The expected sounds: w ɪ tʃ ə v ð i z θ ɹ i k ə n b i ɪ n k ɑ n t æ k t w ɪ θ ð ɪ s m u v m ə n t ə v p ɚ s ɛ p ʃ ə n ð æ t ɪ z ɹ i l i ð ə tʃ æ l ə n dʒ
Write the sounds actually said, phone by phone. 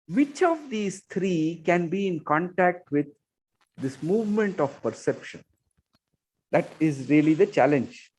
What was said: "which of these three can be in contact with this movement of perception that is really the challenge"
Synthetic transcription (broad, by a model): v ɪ tʃ ə v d i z t ɹ i k ə n b i ɪ n k ɑ n t æ k t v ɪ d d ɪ s m u v m ə n t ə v p ɚ s ɛ p ʃ ə n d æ t ɪ z ɹ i l i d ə tʃ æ l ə n dʒ